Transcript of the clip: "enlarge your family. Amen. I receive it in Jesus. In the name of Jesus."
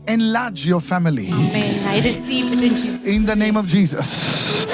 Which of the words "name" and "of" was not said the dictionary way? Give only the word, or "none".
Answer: none